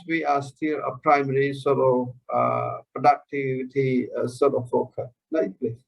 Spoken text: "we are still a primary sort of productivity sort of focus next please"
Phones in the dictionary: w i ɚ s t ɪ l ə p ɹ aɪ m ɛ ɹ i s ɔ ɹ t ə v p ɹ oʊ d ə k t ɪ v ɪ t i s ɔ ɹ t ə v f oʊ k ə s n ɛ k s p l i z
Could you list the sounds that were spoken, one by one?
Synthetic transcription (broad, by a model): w i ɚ s t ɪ l ə p ɹ aɪ m ɛ ɹ i s ɔ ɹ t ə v p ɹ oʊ d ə k t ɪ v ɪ t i s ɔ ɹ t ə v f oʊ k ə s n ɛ s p l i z